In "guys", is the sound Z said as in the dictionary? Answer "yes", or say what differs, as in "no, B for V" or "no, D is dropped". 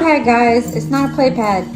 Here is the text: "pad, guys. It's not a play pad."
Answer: yes